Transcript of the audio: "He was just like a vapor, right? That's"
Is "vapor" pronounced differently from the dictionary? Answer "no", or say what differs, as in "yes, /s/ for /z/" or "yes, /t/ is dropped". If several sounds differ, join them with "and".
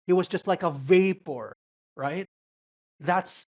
no